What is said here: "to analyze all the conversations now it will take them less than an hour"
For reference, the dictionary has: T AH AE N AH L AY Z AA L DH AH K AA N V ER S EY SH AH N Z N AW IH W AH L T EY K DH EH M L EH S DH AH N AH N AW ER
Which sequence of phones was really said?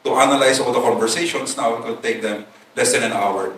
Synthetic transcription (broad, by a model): T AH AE N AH L AY S AA L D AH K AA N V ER S EY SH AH N S N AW IH W AH L T EY K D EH M L EH S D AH N AH N AW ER